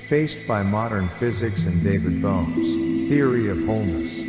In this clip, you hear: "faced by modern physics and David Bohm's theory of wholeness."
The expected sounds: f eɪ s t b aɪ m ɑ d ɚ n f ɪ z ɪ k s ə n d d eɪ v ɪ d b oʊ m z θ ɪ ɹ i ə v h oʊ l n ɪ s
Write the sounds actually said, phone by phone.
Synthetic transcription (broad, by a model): f eɪ s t b aɪ m ɑ d ɚ n f ɪ z ɪ k s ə n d d eɪ v ɪ d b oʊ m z θ ɪ ɹ i ə v h oʊ l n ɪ s